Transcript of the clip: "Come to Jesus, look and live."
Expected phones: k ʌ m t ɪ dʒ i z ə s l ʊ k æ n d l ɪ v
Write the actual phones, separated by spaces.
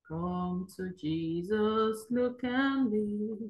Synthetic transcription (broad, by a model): k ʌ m t ɪ dʒ i z ə s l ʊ k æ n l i